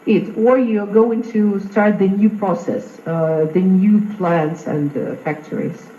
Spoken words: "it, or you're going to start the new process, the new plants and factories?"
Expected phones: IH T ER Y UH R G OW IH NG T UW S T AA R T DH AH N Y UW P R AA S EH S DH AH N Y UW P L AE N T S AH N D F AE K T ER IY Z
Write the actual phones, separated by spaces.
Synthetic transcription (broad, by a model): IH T ER Y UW G OW IH NG T UW S T AA R T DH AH N Y UW P R AA S EH S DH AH N Y UW P L AE N T S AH N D F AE K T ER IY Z